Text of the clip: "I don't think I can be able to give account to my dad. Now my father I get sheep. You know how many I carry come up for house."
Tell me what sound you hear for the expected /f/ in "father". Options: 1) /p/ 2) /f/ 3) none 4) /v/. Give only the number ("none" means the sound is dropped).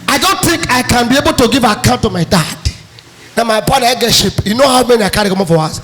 1